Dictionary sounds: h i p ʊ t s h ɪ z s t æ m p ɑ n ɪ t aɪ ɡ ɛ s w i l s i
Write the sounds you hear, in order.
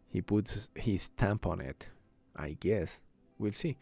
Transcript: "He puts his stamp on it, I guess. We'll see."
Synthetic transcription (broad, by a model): h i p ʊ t h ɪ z s t æ m p ɑ n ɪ t aɪ ɡ ɛ s w i l s i